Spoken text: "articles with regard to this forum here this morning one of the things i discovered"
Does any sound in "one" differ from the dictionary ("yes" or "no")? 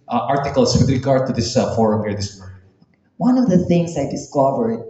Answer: no